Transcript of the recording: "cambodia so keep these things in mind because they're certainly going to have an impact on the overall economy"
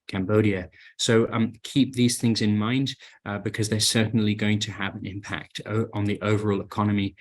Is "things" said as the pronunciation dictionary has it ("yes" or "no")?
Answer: yes